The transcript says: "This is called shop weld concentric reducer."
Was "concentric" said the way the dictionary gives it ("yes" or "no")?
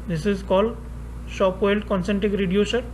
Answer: no